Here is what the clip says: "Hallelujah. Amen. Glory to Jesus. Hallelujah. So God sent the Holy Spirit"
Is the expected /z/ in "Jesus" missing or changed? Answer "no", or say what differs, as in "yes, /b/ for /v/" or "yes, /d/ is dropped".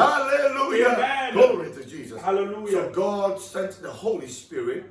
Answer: no